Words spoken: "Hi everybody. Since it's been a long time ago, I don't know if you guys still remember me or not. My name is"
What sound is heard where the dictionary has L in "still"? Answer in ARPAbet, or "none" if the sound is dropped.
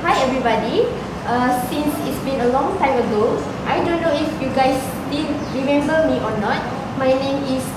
N